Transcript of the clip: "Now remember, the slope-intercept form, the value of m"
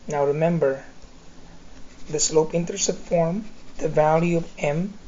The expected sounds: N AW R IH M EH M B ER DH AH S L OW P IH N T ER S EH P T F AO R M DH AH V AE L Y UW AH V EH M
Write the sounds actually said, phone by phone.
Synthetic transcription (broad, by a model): N AW R IH M EH M B ER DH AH S L OW P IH N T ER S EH T F AO R M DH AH V AE L Y UW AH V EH M